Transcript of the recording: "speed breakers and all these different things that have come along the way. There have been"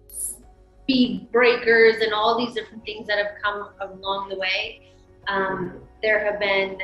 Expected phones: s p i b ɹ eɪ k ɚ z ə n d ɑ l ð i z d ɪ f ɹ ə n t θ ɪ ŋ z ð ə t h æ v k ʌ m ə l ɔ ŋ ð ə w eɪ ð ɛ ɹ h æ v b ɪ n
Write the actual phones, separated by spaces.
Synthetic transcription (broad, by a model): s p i b ɹ eɪ k ɚ z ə n ɑ l ð i z d ɪ f ɹ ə n θ ɪ ŋ z ð ə t h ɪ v k ʌ m ə l ɔ ŋ ð ə w eɪ ð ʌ ɹ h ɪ v b ɪ n